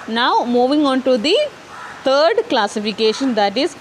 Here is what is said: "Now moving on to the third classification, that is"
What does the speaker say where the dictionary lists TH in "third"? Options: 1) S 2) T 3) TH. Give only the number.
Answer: 2